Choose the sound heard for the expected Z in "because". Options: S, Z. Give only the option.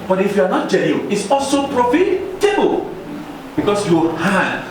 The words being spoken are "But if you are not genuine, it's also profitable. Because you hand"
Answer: S